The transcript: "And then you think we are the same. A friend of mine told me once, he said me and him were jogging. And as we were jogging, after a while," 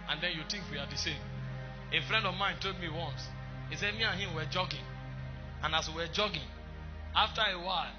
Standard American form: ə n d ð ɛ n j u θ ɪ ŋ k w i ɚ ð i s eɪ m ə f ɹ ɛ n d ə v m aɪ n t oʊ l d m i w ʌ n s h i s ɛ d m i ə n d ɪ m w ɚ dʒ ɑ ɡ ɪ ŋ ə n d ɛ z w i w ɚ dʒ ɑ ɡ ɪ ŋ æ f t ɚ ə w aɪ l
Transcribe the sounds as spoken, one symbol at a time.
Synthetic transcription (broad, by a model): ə n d ɛ n j u t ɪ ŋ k w i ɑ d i s eɪ m ə f ɹ ɛ n d ə v m aɪ n t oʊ d m i w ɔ n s h i s ɛ d m i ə n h ɪ m w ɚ dʒ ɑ ɡ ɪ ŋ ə n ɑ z w i w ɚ dʒ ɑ ɡ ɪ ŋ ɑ f t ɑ ə w aɪ l